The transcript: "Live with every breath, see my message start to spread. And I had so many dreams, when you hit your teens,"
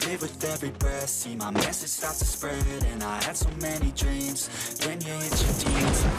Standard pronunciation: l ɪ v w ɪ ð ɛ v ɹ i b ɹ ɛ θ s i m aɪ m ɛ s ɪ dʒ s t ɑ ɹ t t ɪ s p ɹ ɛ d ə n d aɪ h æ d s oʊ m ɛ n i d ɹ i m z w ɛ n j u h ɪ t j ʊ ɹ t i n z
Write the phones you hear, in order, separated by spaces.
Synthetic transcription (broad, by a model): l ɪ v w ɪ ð ɛ v ɹ i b ɛ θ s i m aɪ m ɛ s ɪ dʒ s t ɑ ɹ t t ɪ s p ɹ ɛ d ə n aɪ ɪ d s oʊ m ɛ n i d ɹ i m z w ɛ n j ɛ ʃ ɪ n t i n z